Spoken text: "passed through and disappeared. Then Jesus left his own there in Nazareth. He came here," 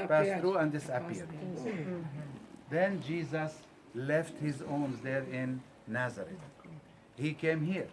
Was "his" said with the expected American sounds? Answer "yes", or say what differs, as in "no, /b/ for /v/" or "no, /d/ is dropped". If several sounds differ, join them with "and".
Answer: yes